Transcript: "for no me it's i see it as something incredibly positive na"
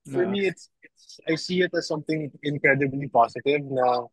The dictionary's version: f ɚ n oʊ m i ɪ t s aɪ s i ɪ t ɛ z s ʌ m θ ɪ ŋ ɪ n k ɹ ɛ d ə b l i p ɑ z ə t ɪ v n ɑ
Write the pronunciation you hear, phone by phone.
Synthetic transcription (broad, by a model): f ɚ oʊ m i ɪ t s aɪ s i ɪ t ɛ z s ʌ m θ ɪ ŋ ɪ n k ɹ ɛ d ə b l i p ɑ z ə t ɪ v n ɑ